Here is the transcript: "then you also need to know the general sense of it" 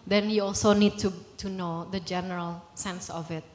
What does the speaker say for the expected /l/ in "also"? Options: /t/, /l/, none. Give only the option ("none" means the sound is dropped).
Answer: /l/